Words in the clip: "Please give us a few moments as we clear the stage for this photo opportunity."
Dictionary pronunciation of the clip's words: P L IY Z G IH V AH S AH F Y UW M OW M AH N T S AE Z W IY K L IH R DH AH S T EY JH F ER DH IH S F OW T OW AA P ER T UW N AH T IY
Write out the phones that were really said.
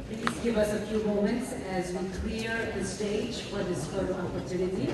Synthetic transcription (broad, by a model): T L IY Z G IH V AH S AH F Y UW M OW M AH N T S AE Z W IY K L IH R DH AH S T EY JH F ER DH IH S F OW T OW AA P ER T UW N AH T IY